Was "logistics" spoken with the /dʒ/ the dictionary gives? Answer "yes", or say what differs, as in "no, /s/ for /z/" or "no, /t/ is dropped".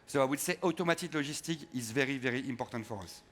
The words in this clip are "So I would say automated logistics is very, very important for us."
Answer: no, /ʒ/ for /dʒ/